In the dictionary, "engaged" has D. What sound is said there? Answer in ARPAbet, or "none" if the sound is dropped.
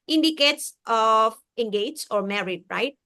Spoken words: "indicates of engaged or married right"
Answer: none